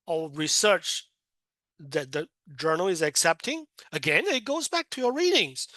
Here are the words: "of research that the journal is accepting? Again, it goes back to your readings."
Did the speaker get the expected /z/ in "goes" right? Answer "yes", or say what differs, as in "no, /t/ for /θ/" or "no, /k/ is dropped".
yes